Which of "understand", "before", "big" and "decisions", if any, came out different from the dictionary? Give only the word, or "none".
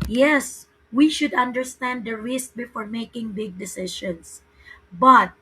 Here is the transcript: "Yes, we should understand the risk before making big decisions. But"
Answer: decisions